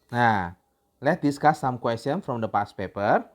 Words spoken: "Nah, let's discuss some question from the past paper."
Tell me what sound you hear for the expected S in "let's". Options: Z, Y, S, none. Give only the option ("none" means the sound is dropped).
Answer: none